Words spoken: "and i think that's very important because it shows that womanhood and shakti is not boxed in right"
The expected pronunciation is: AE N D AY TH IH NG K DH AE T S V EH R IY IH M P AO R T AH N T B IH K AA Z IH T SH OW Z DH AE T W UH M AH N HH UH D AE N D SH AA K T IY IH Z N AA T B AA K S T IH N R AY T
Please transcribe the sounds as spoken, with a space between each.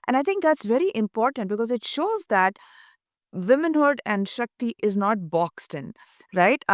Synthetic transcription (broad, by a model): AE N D AY T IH NG K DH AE T S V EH R IY IH M P AO R T AH N T B IH K AA Z IH T SH OW Z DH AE T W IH M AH N HH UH D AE N D SH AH K T IY IH Z N AA T B AA K S T IH N R AY T